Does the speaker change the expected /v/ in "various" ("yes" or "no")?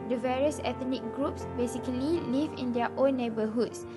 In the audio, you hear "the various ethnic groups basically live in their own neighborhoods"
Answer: no